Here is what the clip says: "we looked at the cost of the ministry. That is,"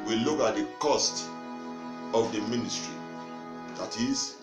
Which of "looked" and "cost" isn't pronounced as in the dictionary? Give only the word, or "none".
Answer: looked